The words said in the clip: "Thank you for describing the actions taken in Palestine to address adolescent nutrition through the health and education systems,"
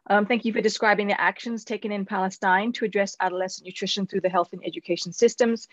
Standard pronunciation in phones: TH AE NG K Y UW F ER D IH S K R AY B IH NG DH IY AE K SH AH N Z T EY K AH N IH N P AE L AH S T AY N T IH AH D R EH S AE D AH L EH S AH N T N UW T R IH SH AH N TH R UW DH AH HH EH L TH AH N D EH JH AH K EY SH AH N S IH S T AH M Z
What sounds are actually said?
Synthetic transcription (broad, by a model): TH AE NG K Y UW F ER D IH S K R AY B IH NG DH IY AE K SH AH N Z T EY K AH N IH N P AE L AH S T AY N T IH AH D R EH S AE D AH L EH S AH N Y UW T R IH SH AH N TH R UW DH AH HH EH L TH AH N EH JH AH K EY SH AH N S IH S T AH M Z